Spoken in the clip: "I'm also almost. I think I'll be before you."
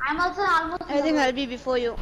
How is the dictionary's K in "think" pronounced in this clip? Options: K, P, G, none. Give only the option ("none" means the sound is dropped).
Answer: none